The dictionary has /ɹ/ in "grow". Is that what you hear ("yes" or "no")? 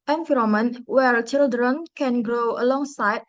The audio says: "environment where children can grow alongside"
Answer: yes